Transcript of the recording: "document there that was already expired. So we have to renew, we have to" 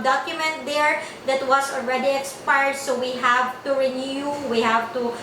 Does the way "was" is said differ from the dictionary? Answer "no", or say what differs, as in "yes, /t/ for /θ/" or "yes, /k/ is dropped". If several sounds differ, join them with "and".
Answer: yes, /s/ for /z/